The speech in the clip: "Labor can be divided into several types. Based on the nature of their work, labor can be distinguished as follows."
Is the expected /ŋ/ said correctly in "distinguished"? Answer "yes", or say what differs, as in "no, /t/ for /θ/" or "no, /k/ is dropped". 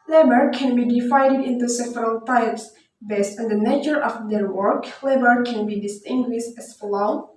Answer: yes